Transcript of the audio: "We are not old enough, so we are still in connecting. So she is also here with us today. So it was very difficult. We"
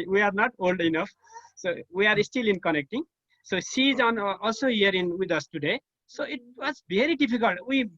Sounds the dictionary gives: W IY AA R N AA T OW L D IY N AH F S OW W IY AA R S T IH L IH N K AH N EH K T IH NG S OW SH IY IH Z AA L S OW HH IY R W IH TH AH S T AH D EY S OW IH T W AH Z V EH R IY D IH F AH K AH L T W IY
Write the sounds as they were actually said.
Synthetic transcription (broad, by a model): W IY AA R N AA T OW L D IY N AH F S OW W IY AA R S T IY L IH N K AH N EH K T IH NG S OW S IY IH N AA L S OW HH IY R W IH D AH S T AH D EY S OW IH T W AH Z B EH R IY D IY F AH K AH L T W IY